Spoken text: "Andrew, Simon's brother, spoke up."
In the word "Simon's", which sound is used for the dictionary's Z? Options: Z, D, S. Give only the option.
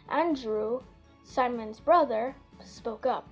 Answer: Z